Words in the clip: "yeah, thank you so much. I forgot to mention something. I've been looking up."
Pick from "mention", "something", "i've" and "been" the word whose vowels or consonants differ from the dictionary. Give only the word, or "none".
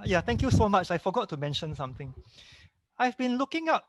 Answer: something